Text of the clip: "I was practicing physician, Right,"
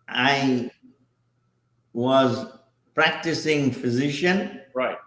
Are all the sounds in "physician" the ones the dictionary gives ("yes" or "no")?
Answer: yes